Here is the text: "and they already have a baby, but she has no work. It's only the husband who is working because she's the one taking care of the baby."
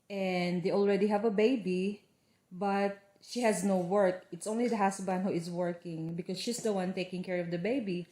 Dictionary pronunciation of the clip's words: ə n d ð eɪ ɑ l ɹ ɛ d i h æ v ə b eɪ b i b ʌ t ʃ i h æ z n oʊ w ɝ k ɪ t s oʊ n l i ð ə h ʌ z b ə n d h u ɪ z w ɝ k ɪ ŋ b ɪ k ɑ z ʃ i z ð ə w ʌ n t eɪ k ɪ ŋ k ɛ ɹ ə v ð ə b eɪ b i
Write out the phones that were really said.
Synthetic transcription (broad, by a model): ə n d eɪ ɑ l ɹ ɛ d i h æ v ə b eɪ b i b ʌ t ʃ i h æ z n oʊ w ɝ k ɪ t s oʊ n l i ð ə h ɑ s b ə n h u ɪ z w ɝ k ɪ ŋ b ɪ k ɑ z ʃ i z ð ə w ʌ n t eɪ k ɪ ŋ k ɛ ɹ ə v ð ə b eɪ b i